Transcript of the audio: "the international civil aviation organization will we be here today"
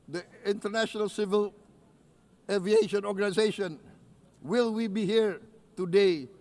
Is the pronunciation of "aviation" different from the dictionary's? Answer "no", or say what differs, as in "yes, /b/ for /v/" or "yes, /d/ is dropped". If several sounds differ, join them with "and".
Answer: no